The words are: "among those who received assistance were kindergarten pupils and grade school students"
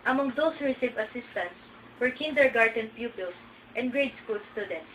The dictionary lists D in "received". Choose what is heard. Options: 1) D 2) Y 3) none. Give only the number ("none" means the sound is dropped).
3